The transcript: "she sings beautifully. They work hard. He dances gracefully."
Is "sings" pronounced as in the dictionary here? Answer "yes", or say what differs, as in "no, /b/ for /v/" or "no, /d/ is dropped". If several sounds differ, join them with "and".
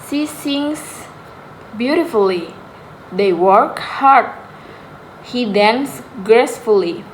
no, /s/ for /z/